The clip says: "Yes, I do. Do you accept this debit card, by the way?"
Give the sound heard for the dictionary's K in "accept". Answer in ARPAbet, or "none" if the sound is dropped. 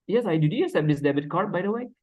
none